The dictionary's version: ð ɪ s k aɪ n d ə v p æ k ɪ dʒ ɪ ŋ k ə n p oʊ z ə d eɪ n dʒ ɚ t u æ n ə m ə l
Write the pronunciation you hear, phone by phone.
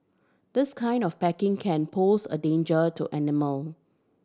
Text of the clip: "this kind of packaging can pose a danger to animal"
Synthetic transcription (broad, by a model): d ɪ s k aɪ n d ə f p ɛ k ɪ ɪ ŋ k ə n p oʊ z ə d eɪ n dʒ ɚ t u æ n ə m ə l